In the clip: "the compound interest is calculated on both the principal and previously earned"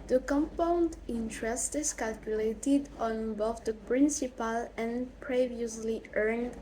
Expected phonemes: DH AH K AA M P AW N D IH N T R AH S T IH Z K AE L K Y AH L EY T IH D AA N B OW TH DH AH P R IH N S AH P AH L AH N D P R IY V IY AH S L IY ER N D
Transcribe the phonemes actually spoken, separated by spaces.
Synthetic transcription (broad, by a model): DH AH K AA M P AW N D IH N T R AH S T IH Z K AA L K Y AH L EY T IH D AA N B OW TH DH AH P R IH N S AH P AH L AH N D P R IY V IY AH S L IY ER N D